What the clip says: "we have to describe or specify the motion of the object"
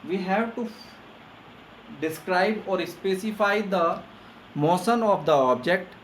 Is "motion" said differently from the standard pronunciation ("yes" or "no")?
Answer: yes